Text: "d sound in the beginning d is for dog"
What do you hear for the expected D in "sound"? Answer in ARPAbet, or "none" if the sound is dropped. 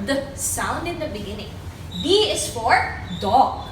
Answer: D